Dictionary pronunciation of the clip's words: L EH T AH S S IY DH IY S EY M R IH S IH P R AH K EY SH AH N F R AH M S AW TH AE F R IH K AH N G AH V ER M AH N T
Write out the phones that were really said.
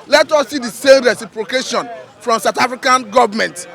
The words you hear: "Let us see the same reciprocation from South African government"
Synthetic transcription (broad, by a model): L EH T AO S S IY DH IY S EY M R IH S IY P R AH K EY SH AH N F R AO M S AW T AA F R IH K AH N G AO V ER M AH N T